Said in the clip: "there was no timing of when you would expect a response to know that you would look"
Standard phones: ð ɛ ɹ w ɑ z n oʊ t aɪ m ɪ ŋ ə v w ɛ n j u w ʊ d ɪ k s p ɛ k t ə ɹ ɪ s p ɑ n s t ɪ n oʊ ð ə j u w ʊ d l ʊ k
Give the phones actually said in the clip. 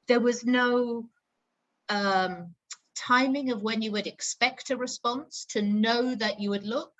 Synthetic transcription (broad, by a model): ð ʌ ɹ w ɑ z n oʊ t aɪ m ɪ ŋ ə v w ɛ n j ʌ w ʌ d ɪ k s p ɛ k t ə ɹ ɪ s p ɑ n s t ɪ n oʊ ð ə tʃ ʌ w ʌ d l ʊ k